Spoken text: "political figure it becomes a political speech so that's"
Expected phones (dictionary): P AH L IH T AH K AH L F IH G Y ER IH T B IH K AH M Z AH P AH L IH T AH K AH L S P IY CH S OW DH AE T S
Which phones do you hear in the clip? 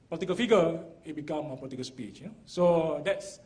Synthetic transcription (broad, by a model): P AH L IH T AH K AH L F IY G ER IH T B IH K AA M AH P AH L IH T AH K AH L S P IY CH S OW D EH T S